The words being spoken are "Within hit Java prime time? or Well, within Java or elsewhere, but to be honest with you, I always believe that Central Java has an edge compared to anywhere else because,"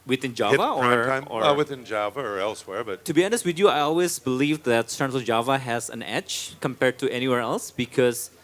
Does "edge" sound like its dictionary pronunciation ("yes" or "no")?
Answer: no